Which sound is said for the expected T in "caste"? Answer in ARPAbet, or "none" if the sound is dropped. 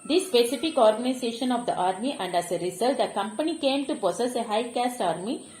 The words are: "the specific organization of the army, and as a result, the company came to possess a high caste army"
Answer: T